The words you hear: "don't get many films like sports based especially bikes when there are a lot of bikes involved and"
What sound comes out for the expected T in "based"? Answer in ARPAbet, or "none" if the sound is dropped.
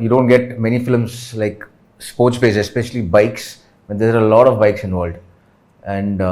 none